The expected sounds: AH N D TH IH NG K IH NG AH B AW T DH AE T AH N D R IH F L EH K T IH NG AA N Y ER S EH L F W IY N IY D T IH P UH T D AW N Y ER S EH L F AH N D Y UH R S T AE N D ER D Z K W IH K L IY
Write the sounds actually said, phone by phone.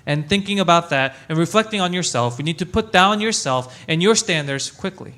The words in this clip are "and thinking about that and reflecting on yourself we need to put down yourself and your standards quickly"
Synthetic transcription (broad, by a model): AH N TH IH NG K IH NG AH B AW T DH AE T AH N R IH F L EH K T IH NG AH N Y ER S EH L F W IY N IY D T IH P UH T D AW N Y ER S EH L F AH N Y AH R S T AE N D ER D Z K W IH K L IY